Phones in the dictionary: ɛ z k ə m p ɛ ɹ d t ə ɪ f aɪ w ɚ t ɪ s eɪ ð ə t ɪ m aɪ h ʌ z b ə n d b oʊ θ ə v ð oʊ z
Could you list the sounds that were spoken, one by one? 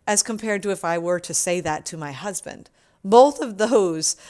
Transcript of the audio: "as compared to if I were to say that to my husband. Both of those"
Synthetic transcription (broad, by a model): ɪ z k ə m p ɛ ɹ d t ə ɪ f aɪ w ɚ t ɪ s eɪ ð ə t ɪ m aɪ h ʌ z b ə n d b oʊ θ ə v ð oʊ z